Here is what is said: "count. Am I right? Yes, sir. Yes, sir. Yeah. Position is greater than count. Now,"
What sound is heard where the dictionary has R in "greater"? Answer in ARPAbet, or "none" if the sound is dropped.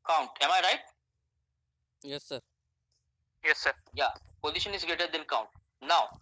none